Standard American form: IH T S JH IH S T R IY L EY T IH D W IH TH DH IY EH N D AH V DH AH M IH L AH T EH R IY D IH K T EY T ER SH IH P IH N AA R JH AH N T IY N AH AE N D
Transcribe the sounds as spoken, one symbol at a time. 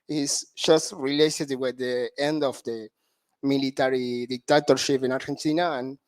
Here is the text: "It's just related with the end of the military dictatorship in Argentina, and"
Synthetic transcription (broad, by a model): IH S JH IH S T R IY L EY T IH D W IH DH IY EH N D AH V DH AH M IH L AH T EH R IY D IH K T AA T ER SH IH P IH N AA R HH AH N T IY N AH N